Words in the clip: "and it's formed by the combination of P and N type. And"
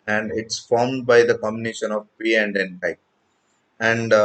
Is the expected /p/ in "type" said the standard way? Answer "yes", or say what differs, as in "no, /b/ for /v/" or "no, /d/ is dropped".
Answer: no, /p/ is dropped